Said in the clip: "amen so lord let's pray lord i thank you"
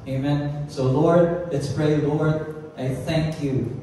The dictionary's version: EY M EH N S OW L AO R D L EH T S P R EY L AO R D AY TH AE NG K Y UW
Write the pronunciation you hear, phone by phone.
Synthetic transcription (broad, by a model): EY M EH N S OW L AO R D L EH T S P R EY L AO R D AY TH AE NG K Y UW